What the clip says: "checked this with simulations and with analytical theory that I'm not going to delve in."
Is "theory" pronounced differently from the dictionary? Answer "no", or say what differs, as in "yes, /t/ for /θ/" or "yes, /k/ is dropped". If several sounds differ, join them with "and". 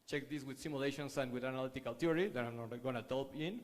yes, /t/ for /θ/